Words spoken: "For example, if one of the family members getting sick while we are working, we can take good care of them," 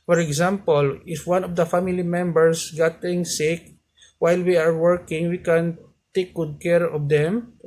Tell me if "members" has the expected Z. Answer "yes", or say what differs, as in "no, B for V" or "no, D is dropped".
no, S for Z